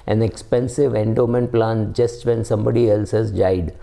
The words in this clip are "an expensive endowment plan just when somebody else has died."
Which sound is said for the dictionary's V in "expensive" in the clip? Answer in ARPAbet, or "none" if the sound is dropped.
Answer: V